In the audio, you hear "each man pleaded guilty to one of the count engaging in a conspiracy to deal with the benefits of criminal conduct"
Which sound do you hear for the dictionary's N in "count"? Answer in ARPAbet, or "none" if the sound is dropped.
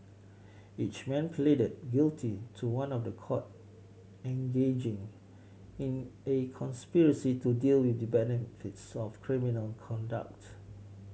none